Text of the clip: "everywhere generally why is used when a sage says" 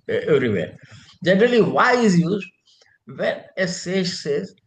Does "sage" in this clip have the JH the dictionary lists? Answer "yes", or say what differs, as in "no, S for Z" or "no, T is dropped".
no, SH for JH